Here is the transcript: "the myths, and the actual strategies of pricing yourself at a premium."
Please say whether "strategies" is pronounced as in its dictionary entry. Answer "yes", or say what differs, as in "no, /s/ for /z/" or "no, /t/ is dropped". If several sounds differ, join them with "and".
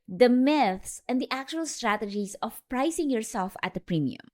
no, /s/ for /z/